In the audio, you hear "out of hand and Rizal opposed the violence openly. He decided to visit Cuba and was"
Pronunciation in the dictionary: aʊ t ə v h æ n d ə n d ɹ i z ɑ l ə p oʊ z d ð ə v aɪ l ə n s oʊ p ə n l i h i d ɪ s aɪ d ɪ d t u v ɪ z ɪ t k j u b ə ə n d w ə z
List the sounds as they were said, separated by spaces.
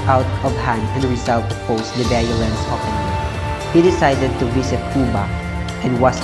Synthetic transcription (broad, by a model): aʊ t ə v h æ n d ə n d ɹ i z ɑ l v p oʊ s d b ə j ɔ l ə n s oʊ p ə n i h i d ɪ s aɪ d ɪ d t u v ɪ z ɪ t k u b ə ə n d w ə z